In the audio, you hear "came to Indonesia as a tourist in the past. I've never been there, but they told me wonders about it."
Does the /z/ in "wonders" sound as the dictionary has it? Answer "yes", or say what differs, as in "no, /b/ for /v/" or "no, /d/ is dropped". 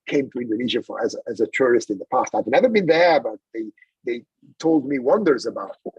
yes